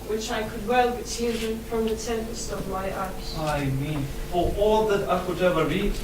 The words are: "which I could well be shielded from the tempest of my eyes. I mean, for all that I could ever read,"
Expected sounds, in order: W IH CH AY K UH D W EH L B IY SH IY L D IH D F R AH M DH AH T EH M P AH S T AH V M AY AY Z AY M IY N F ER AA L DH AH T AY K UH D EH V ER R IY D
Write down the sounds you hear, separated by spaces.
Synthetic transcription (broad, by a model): W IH CH AY K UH D W EH L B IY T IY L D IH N F R AH M DH AH T EH M P AH S T AH V M AY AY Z AY M IY N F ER AA L DH AH T AY K UH D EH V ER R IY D